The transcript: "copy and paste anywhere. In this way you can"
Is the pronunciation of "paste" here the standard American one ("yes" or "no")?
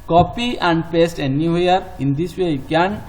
yes